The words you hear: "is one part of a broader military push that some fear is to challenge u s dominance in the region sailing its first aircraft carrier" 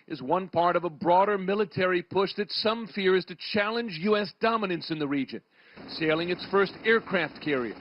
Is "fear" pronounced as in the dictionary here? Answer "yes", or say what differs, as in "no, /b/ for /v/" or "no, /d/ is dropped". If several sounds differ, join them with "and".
yes